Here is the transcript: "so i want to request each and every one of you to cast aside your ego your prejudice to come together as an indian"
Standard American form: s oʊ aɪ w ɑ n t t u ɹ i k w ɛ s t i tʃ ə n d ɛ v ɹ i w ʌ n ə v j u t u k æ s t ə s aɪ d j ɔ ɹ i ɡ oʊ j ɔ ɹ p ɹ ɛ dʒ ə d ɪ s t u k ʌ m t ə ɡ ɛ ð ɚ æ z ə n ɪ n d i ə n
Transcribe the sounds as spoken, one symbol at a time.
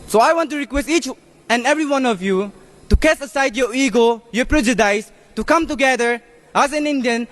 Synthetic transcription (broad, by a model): s oʊ aɪ w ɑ n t t u ɹ i k w ɛ s t i tʃ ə n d ɛ v ɹ i w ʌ n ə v j u t u k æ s ə s aɪ d j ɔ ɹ i ɡ oʊ j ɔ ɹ p ɹ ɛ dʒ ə d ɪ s t u k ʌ m t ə ɡ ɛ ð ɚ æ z ə n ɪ n d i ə n